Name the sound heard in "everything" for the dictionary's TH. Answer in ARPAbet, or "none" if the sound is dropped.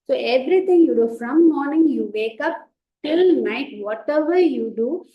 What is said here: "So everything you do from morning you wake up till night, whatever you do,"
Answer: T